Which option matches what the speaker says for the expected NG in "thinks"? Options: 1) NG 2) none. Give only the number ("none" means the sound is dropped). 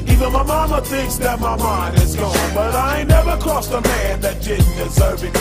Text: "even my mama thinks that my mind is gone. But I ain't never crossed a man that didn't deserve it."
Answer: 1